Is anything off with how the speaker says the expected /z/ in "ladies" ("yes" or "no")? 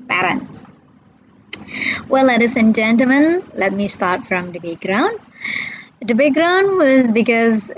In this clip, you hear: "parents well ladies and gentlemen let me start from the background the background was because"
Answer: yes